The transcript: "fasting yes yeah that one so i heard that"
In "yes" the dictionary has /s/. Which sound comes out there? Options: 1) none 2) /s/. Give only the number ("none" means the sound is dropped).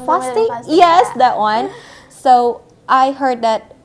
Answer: 2